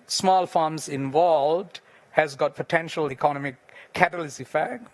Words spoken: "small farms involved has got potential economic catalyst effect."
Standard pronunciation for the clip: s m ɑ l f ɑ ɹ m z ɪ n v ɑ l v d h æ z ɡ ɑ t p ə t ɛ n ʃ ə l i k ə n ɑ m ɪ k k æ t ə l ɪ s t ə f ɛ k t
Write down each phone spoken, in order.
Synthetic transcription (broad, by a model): s m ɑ l f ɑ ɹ m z ɪ n v ɑ l v d h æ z ɡ ɑ t p ə t ɛ n ʃ ə l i k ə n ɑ m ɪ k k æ t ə l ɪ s ə f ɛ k